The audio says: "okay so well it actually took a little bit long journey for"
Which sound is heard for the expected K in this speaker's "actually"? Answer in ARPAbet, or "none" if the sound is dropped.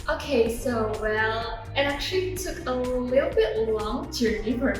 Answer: K